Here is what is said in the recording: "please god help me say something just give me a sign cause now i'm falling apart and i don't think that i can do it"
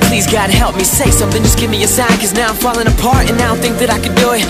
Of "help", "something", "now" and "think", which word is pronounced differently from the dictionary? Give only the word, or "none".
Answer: none